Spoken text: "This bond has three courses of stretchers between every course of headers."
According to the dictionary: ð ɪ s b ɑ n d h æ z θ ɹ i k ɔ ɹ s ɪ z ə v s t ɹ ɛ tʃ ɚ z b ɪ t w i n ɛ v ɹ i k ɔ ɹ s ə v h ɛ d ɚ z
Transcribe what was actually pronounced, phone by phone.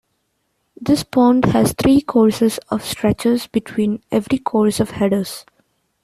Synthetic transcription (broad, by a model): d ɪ s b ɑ n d h æ z t ɹ i k ɔ ɹ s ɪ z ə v s t ɹ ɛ tʃ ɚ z b ɪ t w i n ɛ v ɹ i k ɔ ɹ s ə v h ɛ d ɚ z